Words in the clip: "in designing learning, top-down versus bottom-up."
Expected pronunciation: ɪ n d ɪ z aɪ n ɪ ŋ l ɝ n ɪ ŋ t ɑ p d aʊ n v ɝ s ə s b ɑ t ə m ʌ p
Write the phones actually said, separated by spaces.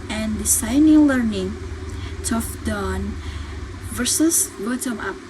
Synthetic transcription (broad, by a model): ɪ n d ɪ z aɪ n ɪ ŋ l ɝ n ɪ ŋ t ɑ f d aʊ n v ɝ s ə s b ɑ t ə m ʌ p